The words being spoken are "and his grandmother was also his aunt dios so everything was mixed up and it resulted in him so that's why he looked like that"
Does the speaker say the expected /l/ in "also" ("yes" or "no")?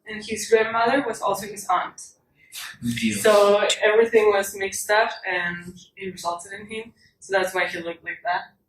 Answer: yes